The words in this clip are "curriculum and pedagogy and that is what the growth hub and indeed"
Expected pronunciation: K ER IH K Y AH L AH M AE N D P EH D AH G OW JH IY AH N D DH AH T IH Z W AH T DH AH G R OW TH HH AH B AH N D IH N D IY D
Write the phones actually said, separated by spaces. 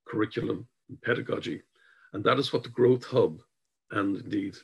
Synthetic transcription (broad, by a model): K ER IH K Y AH L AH M P EH D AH G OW JH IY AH N DH AH T IH Z W AH T DH AH G R OW TH HH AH B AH N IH N D IY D